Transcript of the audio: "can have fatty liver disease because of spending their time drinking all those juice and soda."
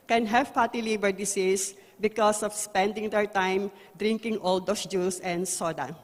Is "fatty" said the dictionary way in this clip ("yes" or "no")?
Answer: no